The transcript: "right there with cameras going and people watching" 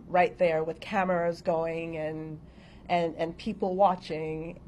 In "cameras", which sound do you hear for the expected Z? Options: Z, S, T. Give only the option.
Z